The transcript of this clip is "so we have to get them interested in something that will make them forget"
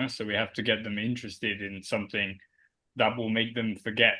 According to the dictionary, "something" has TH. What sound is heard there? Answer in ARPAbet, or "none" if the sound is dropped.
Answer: TH